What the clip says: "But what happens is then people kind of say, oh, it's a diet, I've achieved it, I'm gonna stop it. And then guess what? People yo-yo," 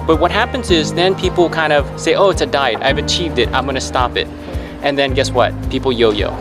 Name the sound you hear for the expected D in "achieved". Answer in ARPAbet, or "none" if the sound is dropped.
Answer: D